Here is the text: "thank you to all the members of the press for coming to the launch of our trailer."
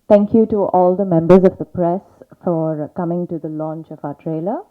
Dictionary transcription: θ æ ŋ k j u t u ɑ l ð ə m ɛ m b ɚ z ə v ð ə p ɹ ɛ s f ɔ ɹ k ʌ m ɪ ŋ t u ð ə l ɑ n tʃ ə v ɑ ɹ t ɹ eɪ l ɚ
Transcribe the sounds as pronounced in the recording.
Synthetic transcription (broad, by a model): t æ ŋ k j u t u ɑ l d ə m ɛ m b ɚ z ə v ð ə p ɹ ɛ s f ɔ ɹ k ʌ m ɪ ŋ t u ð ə l ɑ n tʃ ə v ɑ t ɹ eɪ l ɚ